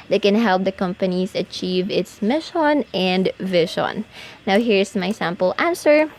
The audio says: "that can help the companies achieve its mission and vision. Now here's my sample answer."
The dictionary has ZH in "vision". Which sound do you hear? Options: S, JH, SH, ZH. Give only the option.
SH